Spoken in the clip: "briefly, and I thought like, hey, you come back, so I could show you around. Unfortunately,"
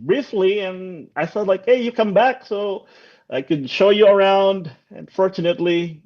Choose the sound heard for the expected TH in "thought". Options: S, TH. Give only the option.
S